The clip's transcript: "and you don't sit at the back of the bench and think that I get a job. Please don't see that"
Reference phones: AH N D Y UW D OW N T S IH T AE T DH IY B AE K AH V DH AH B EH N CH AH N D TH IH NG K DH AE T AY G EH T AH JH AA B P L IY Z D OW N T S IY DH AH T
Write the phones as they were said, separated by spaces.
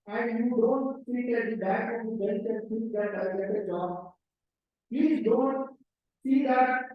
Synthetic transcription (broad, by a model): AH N D Y UW D OW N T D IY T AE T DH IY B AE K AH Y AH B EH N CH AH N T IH K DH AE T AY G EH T AH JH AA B P L IY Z D OW N T S IY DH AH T